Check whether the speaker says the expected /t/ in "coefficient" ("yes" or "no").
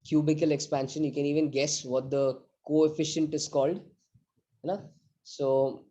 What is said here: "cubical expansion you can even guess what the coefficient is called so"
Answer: yes